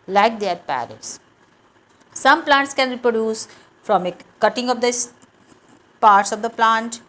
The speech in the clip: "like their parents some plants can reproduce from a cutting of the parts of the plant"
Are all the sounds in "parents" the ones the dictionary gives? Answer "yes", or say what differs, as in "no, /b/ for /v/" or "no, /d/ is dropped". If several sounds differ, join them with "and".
no, /n/ is dropped